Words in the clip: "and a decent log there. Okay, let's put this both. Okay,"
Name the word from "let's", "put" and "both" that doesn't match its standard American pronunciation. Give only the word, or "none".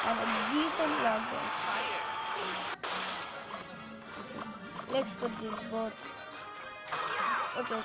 both